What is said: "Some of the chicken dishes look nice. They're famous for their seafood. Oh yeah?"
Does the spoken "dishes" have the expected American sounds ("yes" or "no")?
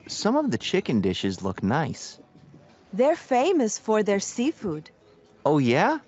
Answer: yes